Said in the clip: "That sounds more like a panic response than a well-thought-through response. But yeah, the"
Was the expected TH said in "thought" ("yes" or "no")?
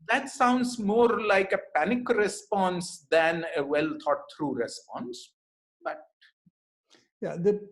no